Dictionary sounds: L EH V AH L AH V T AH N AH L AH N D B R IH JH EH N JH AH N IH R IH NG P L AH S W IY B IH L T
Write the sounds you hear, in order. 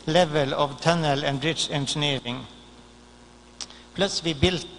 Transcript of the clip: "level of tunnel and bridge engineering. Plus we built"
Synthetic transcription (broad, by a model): L EH V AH L AH V T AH N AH L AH N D R IH SH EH N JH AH N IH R IH NG P L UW S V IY B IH L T